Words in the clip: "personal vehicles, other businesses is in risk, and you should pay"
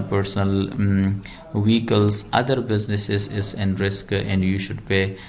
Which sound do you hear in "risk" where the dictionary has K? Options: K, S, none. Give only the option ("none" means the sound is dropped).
K